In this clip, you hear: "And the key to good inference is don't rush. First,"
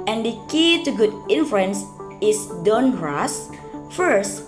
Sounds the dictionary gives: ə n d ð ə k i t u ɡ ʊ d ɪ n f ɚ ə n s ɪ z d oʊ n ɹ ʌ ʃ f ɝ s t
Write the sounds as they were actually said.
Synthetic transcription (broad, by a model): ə n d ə k i t u ɡ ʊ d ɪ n f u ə n s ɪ s d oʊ n ɹ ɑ s f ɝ s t